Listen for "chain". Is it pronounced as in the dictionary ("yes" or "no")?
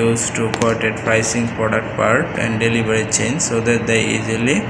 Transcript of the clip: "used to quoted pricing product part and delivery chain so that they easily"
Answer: yes